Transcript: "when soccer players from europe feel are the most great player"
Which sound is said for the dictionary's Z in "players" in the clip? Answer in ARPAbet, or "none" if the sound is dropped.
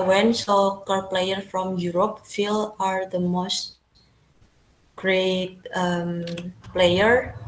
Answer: none